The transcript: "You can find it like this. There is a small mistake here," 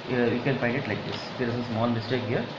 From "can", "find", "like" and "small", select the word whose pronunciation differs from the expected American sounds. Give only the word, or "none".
small